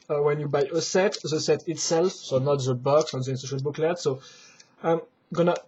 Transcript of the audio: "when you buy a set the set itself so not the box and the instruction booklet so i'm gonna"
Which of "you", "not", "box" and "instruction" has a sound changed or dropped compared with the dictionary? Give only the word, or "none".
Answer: instruction